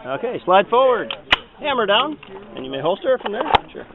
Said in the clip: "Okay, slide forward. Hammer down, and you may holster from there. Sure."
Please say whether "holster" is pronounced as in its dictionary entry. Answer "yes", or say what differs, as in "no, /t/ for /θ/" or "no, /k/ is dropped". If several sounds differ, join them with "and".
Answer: yes